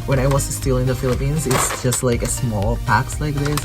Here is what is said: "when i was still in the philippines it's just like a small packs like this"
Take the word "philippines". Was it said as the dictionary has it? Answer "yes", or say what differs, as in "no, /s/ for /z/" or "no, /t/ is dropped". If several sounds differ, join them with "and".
yes